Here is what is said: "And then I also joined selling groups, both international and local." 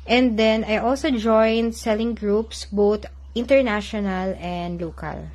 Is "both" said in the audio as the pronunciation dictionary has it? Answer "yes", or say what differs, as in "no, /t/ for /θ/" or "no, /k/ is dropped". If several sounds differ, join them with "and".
no, /t/ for /θ/